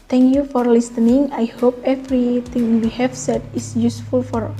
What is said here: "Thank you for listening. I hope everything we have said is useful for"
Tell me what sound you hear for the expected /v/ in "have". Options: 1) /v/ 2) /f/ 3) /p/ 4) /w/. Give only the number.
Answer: 2